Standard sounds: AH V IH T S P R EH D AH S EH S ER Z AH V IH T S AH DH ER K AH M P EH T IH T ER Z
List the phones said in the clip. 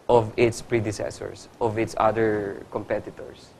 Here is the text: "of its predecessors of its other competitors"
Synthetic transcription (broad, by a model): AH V IH T S P R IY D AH S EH S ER S AH V IH T S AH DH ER K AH M P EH T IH T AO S